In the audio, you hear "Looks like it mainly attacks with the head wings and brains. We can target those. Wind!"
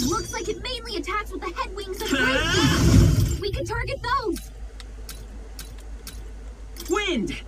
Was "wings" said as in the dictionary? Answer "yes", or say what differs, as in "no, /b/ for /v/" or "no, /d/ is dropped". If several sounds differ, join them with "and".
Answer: yes